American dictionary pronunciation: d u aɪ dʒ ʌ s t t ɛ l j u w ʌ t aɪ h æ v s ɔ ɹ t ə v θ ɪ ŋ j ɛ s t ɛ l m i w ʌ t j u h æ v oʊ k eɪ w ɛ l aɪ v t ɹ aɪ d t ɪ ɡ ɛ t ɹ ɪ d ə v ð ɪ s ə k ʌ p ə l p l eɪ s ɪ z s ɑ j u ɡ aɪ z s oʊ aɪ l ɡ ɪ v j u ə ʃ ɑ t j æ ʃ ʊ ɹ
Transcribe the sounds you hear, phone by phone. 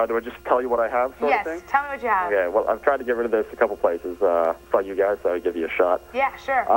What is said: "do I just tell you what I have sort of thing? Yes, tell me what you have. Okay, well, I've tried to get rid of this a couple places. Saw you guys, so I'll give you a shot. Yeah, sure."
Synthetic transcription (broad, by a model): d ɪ aɪ dʒ ʌ s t t ɛ l j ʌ w ʌ t aɪ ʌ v s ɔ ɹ ə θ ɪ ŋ t ɛ l m i w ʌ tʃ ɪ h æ oʊ k eɪ w ɛ l aɪ v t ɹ aɪ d t ɪ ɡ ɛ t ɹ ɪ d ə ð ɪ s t k ʌ p l p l eɪ s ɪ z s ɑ j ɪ ɡ aɪ z s oʊ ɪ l ɡ ɪ v j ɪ ə ʃ ɑ t j æ ʃ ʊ ɹ